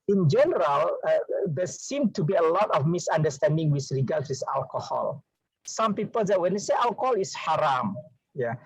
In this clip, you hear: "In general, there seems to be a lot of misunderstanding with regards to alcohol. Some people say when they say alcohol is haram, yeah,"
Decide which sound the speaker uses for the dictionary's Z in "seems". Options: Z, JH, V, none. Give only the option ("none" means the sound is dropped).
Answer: none